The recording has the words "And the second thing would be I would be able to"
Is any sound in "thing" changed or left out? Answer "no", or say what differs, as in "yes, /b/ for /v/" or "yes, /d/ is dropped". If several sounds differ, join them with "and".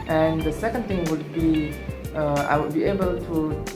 yes, /t/ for /θ/